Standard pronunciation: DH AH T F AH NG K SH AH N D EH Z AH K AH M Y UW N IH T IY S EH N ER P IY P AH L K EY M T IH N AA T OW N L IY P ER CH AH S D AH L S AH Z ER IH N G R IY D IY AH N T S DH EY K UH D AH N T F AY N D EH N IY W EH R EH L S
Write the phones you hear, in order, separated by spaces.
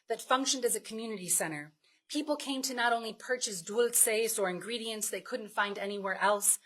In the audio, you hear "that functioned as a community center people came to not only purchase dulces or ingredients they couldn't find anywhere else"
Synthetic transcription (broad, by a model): DH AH T F AH NG K SH AH N D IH Z AH K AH M Y UW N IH T IY S EH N ER P IY P L K EY M T IH N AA T OW N L IY P ER CH AH S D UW L S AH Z ER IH N G R IY D IY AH N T S DH EY K UH D N T F AY N D EH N IY W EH R EH L S